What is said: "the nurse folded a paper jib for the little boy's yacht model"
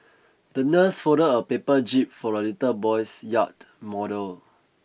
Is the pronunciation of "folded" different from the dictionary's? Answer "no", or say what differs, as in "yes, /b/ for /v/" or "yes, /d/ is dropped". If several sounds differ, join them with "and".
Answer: yes, /l/ is dropped